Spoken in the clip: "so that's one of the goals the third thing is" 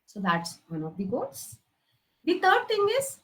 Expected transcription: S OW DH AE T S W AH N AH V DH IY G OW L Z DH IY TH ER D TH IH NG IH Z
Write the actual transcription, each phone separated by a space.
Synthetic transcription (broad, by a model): S OW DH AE T S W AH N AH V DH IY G OW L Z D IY T ER D T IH NG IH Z